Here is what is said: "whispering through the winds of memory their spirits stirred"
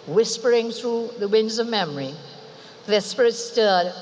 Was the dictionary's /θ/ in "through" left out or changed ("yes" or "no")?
no